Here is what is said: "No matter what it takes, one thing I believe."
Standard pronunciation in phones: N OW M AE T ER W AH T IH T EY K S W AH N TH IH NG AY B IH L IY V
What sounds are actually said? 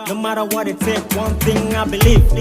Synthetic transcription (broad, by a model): N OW M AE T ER W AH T IH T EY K W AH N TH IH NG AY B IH L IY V